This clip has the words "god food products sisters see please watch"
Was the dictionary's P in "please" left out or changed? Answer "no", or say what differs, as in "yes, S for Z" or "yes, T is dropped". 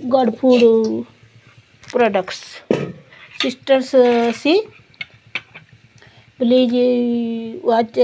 yes, B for P